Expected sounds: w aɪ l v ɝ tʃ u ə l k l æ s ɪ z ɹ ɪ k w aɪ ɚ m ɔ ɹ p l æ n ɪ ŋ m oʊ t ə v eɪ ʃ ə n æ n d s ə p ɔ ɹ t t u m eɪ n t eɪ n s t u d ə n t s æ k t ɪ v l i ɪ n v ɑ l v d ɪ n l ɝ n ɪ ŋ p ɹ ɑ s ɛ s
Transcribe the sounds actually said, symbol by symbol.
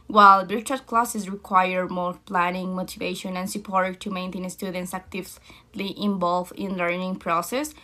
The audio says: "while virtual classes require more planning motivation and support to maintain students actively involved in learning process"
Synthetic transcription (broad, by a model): w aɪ l b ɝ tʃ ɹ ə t k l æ s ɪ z ɹ ɪ k w aɪ ɚ m ɔ ɹ p l æ n ɪ ŋ m oʊ t ə v eɪ ʃ ə n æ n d s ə p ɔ ɹ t t u m eɪ n t eɪ n s t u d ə n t s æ k t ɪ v l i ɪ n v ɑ l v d ɪ n l ɝ n ɪ ŋ p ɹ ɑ s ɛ s